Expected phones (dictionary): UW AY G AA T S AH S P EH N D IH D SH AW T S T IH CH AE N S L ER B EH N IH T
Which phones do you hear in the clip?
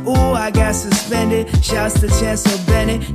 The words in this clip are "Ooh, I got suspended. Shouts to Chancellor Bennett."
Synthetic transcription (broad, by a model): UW AY G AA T S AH S P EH N D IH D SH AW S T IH CH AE N S ER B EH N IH